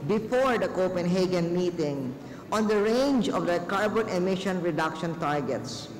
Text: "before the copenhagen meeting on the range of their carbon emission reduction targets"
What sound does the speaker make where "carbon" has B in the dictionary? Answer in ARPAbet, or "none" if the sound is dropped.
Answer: B